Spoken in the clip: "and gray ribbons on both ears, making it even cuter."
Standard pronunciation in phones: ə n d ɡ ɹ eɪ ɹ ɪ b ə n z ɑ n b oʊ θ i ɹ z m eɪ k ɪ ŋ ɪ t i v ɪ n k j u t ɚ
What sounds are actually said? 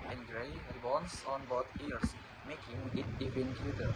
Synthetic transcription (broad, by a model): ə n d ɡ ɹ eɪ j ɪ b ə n s ɑ n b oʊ t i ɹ s m eɪ k ɪ ŋ ɪ t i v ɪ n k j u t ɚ